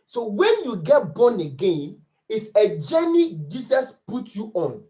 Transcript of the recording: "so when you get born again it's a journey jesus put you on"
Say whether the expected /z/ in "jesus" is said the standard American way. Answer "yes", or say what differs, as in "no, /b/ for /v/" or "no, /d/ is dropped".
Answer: no, /s/ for /z/